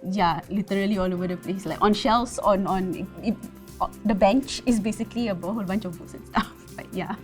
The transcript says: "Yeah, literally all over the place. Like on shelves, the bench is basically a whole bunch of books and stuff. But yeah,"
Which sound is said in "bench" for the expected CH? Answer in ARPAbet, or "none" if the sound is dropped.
CH